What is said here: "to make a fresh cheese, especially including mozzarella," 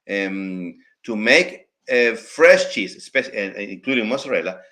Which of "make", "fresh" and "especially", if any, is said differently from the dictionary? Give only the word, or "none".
especially